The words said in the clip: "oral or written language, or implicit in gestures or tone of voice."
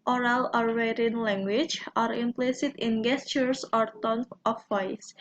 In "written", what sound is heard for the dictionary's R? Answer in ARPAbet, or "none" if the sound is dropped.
W